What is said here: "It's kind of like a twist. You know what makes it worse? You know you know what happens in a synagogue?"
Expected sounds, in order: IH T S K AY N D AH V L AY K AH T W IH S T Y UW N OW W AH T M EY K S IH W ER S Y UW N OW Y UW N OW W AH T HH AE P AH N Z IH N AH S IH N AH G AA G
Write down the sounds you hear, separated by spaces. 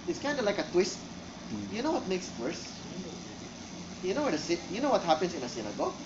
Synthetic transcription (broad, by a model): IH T S K AY N D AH L AY K AH T W IH S T Y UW N OW W AH T M EY K S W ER S Y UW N OW Y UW N OW W AH T HH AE P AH N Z IH N AH S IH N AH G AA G